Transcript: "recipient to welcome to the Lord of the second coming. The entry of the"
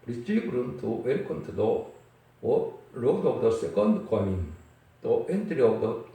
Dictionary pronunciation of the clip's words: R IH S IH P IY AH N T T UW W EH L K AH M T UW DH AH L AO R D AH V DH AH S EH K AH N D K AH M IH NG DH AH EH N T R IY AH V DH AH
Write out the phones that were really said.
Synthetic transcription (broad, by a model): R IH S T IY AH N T T UW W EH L K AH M T UW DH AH W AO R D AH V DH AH S EH K AH N D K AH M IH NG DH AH EH N T R IY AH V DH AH